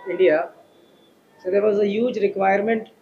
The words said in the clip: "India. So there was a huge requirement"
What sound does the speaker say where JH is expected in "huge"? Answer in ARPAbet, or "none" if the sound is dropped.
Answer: JH